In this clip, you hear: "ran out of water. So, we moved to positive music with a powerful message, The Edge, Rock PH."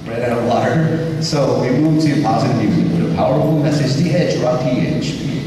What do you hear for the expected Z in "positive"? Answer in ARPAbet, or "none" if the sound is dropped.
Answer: Z